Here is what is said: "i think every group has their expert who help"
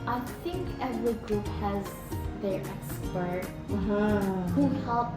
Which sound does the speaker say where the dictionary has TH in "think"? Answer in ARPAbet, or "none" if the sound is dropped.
TH